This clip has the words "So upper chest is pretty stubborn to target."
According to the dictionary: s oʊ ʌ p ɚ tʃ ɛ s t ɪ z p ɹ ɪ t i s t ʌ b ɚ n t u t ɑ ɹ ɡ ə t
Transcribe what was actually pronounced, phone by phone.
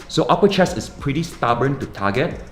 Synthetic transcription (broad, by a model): s oʊ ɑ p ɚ tʃ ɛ s ɪ s p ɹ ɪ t i s t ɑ b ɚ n t u t ɑ ɡ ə t